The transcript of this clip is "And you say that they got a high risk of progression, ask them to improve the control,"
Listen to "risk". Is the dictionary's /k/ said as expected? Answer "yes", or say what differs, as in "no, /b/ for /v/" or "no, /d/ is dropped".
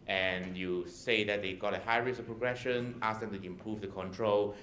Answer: no, /k/ is dropped